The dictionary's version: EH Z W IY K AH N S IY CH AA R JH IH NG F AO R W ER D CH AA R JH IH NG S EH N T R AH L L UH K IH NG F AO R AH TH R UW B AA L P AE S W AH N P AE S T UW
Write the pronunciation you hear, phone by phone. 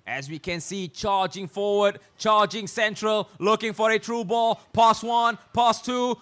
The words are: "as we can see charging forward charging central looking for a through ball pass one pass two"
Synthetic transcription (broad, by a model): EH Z W IY K AH N S IY CH AA JH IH NG F AO W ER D CH AA JH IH NG S EH N T R AH L L UH K IH NG F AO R AH T R UW B AA L P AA S W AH N P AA S T UW